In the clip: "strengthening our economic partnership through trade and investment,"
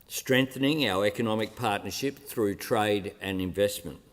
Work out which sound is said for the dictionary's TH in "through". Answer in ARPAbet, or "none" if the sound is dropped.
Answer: TH